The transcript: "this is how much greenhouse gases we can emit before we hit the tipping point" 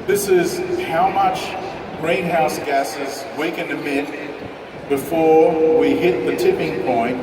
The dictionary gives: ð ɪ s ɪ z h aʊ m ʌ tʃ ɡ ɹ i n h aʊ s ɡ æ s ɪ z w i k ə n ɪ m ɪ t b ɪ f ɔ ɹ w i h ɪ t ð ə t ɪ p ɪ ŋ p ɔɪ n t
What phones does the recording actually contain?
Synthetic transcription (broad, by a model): ð ɪ s ɪ z h aʊ m ʌ tʃ ɡ ɹ i n h aʊ s ɡ æ s ɪ z w i k ə n ɪ m ɪ t b ɪ f ɔ ɹ w i h ɪ t ð ə t ɪ p ɪ ŋ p ɔɪ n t